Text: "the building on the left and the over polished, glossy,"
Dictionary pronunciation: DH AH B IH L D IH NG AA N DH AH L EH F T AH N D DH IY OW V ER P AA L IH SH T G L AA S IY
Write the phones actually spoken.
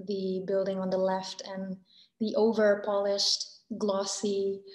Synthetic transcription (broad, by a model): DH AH B IH L D IH NG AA N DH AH L EH F T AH N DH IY OW V ER P AA L IH SH T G L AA S IY